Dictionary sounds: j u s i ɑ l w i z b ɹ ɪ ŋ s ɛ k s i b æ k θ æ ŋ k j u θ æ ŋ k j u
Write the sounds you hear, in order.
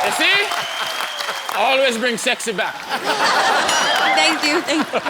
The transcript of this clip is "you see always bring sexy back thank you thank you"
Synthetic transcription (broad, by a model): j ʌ s i ɑ l w i z b ɹ ɪ ŋ s ɛ k s i b æ k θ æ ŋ k j u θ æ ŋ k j